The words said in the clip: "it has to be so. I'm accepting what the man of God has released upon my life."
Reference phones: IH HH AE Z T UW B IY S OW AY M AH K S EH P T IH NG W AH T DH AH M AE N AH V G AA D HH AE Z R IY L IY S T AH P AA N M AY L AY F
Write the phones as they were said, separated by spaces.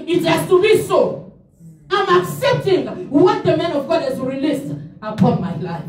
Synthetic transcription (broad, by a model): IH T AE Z T UW B IY S OW AY M AH K S EH P T IH NG W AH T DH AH M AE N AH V G AA D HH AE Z R IY L IY S T AH P AA N M AY L AY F